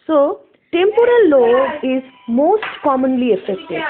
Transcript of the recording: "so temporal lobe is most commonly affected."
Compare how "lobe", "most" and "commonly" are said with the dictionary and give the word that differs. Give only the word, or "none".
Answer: lobe